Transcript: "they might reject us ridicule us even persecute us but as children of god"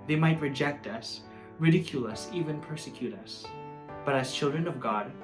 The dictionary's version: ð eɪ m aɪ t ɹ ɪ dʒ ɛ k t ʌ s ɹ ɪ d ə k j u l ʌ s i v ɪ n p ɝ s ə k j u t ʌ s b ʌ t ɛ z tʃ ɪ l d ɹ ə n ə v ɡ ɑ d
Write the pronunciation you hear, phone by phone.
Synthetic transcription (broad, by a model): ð eɪ m aɪ t ɹ ɪ dʒ ɛ k t ʌ s ɹ ɪ d ə k j u l ʌ s i v ɪ n p ɝ s ə k j u t ʌ s b ʌ t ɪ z tʃ ɪ l d ɹ ə n ə v ɡ ɑ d